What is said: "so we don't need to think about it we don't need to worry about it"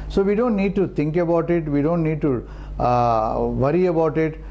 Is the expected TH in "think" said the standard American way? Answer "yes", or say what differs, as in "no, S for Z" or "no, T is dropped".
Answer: no, T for TH